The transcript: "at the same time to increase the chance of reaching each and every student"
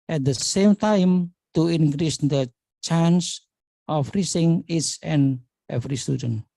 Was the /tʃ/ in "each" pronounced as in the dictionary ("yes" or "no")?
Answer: no